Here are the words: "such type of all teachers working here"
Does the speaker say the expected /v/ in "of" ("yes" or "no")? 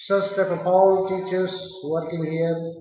no